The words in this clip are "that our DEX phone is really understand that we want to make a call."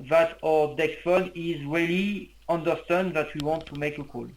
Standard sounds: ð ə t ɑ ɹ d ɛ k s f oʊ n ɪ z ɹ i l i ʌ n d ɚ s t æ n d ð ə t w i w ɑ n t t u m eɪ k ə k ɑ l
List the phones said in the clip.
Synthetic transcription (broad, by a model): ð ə t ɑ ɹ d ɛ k f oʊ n ɪ z ɹ i l i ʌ n d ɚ s t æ n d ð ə t w i w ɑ n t t u m eɪ k ə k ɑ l